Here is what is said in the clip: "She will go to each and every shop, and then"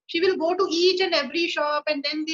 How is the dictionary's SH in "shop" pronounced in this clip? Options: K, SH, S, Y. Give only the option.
SH